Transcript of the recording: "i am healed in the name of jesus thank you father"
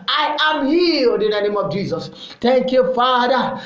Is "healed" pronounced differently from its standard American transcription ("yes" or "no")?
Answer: yes